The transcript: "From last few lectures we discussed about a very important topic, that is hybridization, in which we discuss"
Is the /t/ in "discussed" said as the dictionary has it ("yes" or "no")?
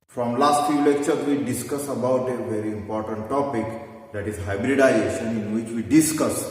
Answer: no